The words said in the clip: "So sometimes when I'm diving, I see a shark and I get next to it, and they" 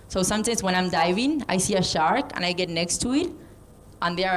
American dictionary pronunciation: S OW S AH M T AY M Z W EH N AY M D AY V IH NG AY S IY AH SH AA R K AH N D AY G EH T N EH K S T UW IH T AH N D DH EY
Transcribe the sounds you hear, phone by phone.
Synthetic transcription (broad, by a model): S OW S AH M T AY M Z W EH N AY M D AY V IH NG AY S IY AH SH AA R K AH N AY G EH T N EH K S T UW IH T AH N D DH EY